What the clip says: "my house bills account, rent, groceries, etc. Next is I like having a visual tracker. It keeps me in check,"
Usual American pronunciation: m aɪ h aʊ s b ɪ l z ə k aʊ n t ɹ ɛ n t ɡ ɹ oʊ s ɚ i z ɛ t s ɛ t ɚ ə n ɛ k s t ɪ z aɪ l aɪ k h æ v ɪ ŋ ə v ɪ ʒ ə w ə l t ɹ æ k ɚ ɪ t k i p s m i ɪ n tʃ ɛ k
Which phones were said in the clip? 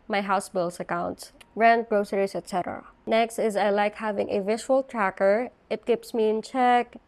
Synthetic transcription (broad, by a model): m aɪ h aʊ s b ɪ l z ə k aʊ n t ɹ ɛ n t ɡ ɹ oʊ s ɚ i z ɛ t s ɛ t ɚ ə n ɛ k s t ɪ z aɪ l aɪ k h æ v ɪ ŋ ə v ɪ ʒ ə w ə l t ɹ æ k ɚ ɪ t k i p s m i ɪ n tʃ ɛ k